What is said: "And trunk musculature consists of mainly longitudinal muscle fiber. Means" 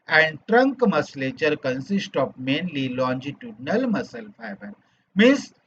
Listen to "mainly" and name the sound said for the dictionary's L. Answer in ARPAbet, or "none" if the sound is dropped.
L